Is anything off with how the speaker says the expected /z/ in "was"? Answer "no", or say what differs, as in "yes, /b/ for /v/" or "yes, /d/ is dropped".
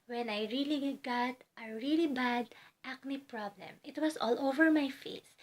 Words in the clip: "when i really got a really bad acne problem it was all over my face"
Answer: yes, /s/ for /z/